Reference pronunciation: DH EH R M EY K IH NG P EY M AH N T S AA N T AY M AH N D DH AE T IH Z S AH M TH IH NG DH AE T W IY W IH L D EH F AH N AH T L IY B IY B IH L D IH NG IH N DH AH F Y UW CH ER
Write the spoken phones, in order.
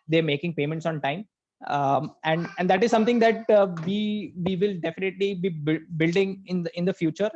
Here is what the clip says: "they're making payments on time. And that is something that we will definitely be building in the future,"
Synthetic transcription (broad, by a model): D EH R M EY K IH NG P EY M AH N T S AA N T AY M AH N D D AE T IH Z S AH M T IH NG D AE T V IY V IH L D EH F AH N AH T L IY B IY B IH L D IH NG IH N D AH F Y UW CH ER